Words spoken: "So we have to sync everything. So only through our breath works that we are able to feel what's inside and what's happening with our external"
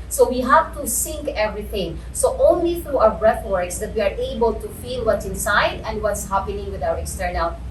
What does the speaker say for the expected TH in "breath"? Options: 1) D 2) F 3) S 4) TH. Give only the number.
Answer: 2